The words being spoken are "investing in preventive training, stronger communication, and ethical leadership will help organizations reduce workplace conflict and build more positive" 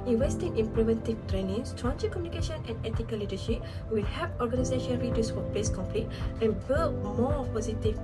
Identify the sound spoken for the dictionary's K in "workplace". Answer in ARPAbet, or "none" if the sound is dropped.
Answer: none